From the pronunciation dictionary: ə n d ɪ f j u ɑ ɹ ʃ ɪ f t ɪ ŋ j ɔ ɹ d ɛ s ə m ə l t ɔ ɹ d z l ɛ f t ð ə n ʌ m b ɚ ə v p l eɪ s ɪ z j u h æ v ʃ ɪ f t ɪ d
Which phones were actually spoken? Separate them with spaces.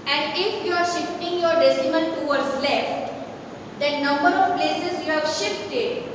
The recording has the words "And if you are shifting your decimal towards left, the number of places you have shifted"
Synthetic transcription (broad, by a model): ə n d ɪ f j u ɑ ɹ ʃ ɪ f t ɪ ŋ j ɔ ɹ d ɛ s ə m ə n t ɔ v d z l ɛ f t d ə n ʌ m b ɚ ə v p l eɪ s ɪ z j u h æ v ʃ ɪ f t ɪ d